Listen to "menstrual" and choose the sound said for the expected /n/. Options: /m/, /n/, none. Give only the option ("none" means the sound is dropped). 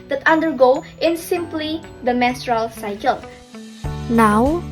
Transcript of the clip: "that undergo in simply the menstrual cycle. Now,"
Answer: none